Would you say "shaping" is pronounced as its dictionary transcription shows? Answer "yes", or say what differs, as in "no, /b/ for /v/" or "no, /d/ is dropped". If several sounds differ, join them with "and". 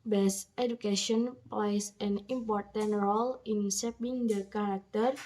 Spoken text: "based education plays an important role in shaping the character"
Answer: no, /s/ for /ʃ/